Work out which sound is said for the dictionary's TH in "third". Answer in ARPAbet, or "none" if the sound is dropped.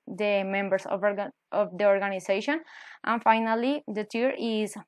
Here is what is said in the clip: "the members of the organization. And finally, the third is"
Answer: T